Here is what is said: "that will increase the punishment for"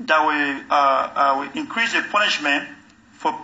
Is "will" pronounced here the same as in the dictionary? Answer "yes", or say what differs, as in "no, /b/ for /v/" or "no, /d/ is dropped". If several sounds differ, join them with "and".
no, /w/ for /l/